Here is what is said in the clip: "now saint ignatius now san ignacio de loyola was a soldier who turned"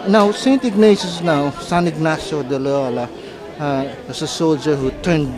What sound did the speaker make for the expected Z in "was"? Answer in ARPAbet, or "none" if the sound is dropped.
S